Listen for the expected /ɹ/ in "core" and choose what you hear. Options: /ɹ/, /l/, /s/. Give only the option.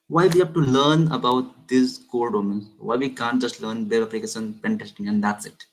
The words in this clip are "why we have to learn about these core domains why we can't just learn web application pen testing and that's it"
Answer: /l/